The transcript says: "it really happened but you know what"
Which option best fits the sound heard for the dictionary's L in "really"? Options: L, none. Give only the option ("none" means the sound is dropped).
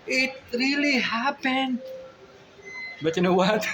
L